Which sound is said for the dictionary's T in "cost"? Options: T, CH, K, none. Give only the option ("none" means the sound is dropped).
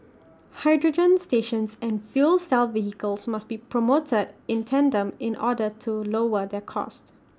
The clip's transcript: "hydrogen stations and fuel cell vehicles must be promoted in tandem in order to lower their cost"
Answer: T